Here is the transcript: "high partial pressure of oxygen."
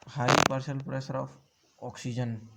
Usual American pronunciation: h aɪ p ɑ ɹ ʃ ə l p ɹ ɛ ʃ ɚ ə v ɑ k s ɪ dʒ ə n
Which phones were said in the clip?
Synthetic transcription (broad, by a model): h aɪ p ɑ ɹ s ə l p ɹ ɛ s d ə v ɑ k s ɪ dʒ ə n